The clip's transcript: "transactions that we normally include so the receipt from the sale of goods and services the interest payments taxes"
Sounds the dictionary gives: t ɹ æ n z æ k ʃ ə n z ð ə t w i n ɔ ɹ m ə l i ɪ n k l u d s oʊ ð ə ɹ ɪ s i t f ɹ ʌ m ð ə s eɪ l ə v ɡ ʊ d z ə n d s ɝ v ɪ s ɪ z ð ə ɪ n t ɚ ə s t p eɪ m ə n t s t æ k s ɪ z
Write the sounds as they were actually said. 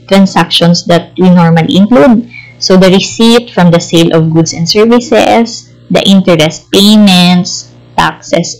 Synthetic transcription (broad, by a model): t ɹ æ n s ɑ k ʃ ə n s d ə t w i n ɔ ɹ m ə l i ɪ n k l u d s oʊ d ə ɹ ɪ s i t f ɹ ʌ m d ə s eɪ l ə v ɡ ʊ d s ə n d s ɝ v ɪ s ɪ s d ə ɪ n t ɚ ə s p eɪ m ə n t s t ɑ k s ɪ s